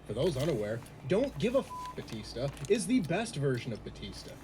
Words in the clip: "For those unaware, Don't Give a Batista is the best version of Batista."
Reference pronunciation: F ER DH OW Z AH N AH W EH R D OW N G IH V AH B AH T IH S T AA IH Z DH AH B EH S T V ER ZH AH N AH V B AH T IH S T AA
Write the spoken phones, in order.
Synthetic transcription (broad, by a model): F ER DH OW Z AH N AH W EH R D OW N G IH V AH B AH T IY S T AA IH Z DH AH B EH S T V ER ZH AH N AH V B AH T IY S T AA